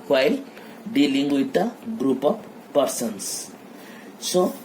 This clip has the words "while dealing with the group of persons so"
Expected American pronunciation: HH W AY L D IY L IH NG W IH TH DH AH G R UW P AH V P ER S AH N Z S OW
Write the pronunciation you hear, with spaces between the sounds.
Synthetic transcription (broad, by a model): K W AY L D IY L IH NG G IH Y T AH G R UW P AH P P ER S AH N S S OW